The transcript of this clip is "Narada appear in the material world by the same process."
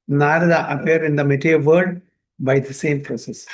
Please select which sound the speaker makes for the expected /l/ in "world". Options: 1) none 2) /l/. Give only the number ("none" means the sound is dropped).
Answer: 1